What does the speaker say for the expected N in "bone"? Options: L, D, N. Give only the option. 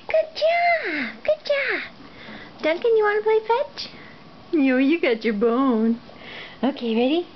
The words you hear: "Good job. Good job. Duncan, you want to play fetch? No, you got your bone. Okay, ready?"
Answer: N